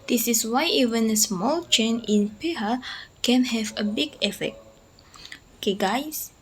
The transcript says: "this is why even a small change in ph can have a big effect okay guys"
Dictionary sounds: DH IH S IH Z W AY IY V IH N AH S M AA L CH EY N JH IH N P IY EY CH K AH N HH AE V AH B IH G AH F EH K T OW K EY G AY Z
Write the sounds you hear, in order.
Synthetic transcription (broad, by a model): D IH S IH S W AY IY V IH N AH S M AA L CH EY N IH N P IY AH K AH N HH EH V AH B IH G AH F EH K T OW K EY G AY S